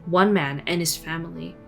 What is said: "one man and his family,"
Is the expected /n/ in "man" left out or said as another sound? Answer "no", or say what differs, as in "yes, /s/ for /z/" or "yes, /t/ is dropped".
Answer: no